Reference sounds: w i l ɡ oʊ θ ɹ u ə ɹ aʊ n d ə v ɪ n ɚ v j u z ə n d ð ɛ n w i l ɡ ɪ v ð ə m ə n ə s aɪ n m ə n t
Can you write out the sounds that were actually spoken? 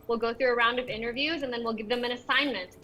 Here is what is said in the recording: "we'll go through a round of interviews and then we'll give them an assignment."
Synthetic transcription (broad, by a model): w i l ɡ oʊ θ ɹ u ə ɹ aʊ n d ə v ɪ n ɚ v j u z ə n ð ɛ n w i l ɡ ɪ v ð ə m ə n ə s aɪ n m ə n t